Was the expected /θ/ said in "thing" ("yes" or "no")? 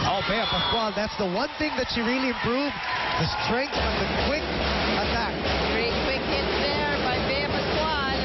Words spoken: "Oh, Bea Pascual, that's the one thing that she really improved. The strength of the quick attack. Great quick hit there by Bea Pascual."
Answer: yes